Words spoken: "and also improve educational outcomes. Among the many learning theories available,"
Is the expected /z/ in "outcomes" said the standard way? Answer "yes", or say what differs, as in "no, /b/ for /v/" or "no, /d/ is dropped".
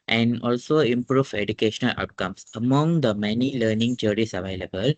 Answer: no, /s/ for /z/